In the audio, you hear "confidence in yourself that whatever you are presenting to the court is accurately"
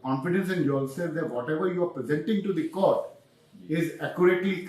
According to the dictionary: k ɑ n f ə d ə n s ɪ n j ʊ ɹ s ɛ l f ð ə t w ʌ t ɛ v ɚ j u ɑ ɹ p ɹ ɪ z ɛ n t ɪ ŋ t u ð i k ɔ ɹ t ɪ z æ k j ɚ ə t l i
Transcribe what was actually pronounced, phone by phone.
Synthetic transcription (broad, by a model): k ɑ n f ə d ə n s ɪ n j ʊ l s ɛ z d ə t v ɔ t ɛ v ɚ j u ɑ ɹ p ɹ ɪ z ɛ n t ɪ ŋ t u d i k ɔ ɹ t ɪ z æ k j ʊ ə t l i